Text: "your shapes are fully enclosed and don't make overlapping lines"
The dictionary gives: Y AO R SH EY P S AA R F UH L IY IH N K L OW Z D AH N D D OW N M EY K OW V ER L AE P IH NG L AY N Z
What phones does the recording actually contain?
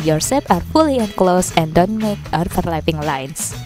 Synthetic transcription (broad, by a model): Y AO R S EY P AA R F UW L IY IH N K L OW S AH N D D OW N M EY K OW F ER L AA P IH NG L AY N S